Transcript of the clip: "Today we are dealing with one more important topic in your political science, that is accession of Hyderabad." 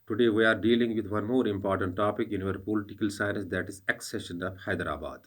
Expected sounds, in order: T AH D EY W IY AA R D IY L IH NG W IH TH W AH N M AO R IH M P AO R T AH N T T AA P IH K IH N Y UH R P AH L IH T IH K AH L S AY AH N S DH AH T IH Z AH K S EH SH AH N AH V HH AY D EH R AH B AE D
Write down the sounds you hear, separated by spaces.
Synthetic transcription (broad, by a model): T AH D EY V IY AA R D IY L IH NG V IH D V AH N M AO R IH M P AO R T AH N T T AA P IH K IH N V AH R P AH L IH T IH K AH L S AY AH N S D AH T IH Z AH K S EH SH AH N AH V HH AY D R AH B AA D